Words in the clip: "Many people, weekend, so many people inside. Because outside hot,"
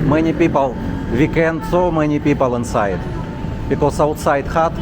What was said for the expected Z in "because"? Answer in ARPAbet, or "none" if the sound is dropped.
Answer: S